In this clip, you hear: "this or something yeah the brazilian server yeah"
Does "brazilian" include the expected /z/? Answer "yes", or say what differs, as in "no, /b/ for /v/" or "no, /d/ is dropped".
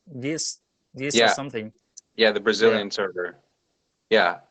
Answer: yes